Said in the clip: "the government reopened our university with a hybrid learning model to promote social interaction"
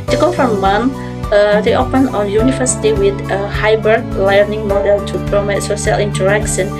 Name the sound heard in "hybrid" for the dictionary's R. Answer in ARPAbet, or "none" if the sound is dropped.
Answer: none